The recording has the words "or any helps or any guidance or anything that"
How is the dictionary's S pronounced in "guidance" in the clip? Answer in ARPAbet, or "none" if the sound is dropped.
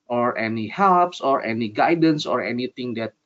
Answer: S